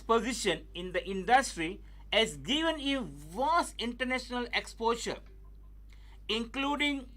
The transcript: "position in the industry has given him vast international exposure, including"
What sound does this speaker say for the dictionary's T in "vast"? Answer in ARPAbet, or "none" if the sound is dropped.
none